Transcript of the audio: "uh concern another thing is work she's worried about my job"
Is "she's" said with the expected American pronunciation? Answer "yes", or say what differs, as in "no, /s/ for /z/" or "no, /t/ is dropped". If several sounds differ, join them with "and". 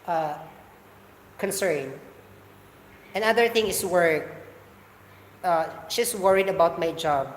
no, /s/ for /z/